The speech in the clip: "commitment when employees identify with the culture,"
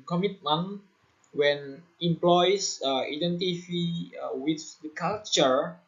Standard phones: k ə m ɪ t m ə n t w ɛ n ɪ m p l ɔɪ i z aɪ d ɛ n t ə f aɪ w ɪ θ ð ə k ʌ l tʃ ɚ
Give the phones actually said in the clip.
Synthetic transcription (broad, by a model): k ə m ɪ t m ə n w ɛ n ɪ m p l ɔɪ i aɪ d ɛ n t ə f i w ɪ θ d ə k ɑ l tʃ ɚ